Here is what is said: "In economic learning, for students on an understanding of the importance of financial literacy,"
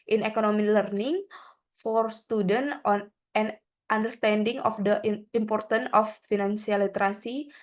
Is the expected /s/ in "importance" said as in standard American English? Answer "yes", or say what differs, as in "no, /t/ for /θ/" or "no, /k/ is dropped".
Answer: no, /s/ is dropped